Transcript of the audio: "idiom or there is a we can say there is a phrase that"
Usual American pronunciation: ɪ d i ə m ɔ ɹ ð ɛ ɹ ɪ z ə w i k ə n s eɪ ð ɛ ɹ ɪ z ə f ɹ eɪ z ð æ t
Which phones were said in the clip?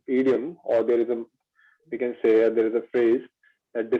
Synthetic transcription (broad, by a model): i d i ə m ɔ ɹ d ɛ ɹ ɪ z ə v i k ə n s eɪ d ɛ ɹ ɪ z ə f ɹ eɪ z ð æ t